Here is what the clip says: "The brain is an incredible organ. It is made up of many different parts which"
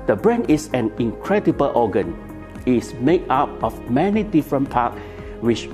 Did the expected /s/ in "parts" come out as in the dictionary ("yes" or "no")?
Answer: no